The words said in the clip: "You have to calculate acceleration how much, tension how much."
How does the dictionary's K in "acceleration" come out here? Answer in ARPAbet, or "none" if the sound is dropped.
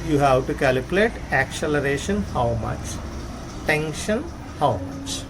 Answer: K